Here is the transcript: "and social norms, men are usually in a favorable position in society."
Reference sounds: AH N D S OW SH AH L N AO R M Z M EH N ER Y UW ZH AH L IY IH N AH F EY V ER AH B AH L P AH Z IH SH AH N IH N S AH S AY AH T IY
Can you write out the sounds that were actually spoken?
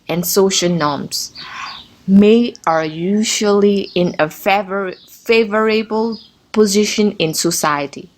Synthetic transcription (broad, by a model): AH N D S OW SH AH L N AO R M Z M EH ER Y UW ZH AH L IY IH N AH F EY V ER AH B AH L P AH Z IH SH AH N IH N S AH S AY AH T IY